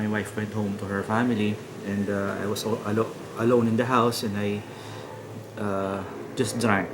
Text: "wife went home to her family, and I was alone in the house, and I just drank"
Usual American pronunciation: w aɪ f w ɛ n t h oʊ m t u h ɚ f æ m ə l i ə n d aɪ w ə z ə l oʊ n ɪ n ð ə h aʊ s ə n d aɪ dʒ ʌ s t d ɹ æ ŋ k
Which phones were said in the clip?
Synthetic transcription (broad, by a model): w aɪ f w ɛ n t h oʊ m t u h ɚ f æ m ə l i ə n d aɪ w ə s ə l oʊ n ɪ n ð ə h aʊ s ə n d aɪ dʒ ʌ s t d ɹ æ ŋ k